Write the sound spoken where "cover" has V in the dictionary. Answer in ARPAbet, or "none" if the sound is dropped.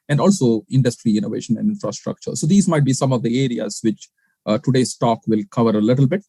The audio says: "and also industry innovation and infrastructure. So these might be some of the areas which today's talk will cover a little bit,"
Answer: V